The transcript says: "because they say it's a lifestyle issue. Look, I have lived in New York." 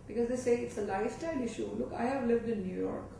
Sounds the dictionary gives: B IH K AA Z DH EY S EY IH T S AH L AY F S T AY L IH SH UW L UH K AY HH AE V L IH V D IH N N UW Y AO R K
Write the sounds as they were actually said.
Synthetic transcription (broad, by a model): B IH K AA Z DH EY S EY IH T S AH L AY F T AY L IH SH UW L UH K AY HH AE V L IH V D IH N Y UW Y AO R K